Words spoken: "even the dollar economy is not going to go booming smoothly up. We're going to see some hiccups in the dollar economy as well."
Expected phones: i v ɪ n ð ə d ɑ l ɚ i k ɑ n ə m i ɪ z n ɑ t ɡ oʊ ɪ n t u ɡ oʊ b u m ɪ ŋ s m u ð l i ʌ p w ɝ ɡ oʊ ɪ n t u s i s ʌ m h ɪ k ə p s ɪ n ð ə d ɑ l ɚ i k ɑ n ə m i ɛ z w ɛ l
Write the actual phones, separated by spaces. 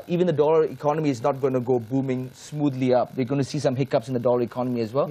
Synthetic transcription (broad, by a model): i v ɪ n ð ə d ɑ l ɚ i k ɑ n ə m i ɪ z n ɑ t ɡ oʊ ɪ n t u ɡ oʊ b u m ɪ ŋ s m u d l i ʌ p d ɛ ɡ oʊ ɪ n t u s i s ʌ m h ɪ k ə p s ɪ n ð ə d ɑ l ɚ i k ɑ n ə m i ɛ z w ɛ l